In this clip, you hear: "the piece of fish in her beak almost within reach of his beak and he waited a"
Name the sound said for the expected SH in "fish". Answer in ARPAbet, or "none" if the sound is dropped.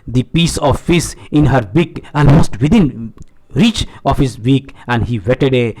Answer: S